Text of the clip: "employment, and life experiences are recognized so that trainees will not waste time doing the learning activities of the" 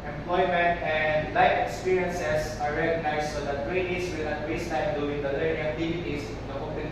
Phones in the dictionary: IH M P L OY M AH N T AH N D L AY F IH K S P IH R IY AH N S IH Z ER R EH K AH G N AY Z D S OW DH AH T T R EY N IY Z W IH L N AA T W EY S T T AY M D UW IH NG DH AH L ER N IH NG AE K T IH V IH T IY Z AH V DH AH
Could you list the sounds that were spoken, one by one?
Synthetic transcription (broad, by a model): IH M P L OY M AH N T AH N D L AY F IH K S P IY R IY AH N S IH S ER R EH K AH G N AY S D S OW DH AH T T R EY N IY S W IH L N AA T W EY S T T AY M D UW IH NG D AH L ER N IH NG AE K T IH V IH T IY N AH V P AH